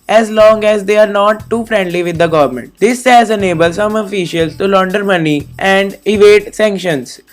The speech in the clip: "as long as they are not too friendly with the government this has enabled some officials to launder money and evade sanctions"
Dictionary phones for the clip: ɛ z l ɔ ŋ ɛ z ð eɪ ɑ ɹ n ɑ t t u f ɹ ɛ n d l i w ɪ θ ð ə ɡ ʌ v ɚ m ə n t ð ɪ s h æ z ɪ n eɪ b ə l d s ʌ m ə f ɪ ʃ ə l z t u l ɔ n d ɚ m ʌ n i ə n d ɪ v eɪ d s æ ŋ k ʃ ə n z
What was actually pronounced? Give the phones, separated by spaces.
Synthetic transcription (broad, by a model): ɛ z l ɔ ŋ ɛ z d eɪ ɑ ɹ n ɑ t t u f ɹ ɛ n d l i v ɪ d ə ɡ ʌ v ɚ m ə n t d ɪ s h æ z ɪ n eɪ b ə l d s ʌ m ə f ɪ ʃ ə l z t u l ɔ n d ɚ m ʌ n i ə n d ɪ v eɪ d s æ ŋ k ʃ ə n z